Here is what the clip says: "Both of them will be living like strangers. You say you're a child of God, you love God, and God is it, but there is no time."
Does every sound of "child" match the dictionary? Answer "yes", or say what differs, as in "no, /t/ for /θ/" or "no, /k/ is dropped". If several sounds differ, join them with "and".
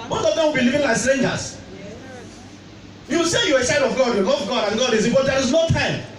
no, /l/ is dropped